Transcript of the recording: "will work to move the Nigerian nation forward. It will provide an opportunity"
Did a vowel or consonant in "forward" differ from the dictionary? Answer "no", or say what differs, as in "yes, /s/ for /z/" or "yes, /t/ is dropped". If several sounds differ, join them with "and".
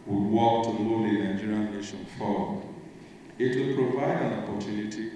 yes, /d/ is dropped